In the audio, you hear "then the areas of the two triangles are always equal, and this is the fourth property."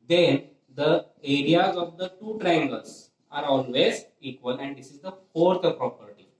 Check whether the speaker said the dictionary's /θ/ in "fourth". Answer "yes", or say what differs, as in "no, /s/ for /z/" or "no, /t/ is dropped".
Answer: no, /t/ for /θ/